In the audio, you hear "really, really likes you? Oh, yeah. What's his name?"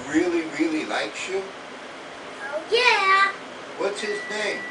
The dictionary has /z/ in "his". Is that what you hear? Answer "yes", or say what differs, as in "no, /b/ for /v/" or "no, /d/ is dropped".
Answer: yes